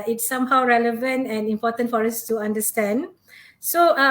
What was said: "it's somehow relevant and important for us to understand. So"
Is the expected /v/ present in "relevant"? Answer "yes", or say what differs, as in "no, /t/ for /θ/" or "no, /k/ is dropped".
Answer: yes